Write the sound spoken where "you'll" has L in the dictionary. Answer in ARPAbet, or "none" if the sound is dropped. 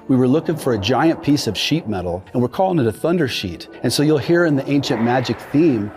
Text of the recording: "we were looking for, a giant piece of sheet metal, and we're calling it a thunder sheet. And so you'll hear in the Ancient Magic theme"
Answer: L